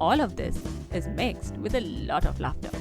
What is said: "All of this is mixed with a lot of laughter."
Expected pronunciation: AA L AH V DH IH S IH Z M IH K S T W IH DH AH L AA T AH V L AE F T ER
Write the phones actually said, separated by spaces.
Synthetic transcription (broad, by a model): AA L AH V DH IH S IH Z M IH K S T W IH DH AH L AA T AH V L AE F T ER